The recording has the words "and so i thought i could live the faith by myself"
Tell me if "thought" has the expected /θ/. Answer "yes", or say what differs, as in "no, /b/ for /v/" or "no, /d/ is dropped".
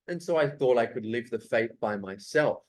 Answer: yes